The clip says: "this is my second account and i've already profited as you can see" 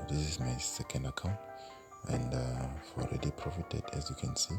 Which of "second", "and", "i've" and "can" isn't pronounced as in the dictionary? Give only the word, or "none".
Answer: i've